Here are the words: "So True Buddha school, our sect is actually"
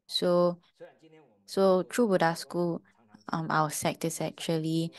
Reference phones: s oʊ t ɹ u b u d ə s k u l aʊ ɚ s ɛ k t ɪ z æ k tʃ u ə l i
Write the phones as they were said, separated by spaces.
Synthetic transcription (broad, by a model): s oʊ t ɹ u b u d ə s k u l aʊ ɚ s ɛ k t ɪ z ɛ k tʃ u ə l i